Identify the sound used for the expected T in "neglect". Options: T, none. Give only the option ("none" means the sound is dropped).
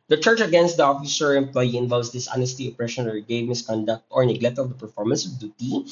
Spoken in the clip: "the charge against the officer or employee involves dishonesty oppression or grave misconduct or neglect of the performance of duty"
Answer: T